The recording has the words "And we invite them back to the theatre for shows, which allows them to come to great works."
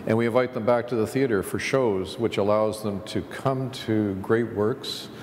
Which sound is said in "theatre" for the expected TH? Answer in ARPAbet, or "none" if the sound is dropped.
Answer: TH